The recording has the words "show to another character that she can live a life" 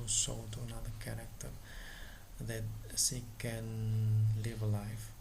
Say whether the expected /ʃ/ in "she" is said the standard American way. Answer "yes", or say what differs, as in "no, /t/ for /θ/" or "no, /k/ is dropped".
no, /s/ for /ʃ/